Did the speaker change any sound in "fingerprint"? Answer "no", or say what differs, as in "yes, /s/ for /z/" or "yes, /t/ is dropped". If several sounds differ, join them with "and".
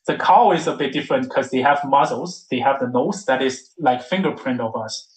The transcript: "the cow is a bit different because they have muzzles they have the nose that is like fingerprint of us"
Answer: no